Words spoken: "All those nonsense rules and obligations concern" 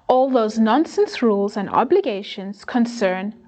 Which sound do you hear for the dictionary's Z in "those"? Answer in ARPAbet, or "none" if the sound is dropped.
Z